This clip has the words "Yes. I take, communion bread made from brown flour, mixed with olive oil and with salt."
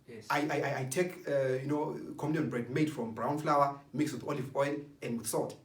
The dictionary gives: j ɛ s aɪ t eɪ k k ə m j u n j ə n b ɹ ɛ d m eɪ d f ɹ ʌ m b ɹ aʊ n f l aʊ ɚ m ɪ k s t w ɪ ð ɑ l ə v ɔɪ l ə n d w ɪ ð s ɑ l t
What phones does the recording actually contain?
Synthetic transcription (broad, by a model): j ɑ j aɪ t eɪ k k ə j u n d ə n b ɹ ɛ d m eɪ d f ɹ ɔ m b ɹ aʊ n f l aʊ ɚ m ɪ k s w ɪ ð ɑ l ə v ɔɪ l ə n d w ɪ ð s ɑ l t